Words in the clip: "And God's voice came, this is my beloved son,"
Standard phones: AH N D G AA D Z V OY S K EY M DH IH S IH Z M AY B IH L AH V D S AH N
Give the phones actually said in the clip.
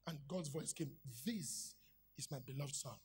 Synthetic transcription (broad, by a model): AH N G AA D Z V OY S K EY M DH IH S IH Z M AY B IH L AH V D S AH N